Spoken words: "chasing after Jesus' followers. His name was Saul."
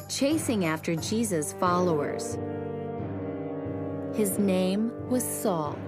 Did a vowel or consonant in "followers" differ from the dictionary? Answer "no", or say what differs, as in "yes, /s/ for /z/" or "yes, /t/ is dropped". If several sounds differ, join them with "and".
no